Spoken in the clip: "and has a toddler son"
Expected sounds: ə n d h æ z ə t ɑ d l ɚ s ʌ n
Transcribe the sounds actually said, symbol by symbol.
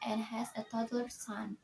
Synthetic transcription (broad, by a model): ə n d h æ z ə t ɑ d ɚ s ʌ n